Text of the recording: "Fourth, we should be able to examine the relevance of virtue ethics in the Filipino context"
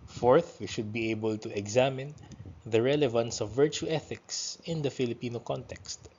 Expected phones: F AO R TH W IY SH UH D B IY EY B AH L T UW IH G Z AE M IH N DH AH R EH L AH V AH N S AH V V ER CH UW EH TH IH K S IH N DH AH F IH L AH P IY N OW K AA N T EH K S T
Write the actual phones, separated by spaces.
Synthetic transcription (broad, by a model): F AO R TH W IY SH UH D B IY EY B AH L T UW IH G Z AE M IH N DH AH R EH L AH V AH N S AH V V ER CH UW EH TH IH K S IH N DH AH F IH L AH P IY N OW K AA N T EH K S T